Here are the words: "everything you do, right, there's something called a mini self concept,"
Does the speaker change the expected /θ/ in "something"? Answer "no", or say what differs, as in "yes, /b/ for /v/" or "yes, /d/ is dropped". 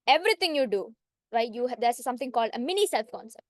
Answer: yes, /t/ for /θ/